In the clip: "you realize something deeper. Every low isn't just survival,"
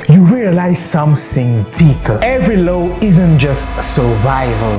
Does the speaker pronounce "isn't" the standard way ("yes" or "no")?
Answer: yes